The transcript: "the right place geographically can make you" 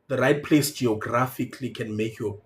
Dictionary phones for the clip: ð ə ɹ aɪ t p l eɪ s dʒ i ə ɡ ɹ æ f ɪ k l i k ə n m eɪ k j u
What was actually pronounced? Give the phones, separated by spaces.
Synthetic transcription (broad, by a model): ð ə ɹ aɪ t p l eɪ s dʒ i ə ɡ ɹ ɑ f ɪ k l i k ə n m eɪ k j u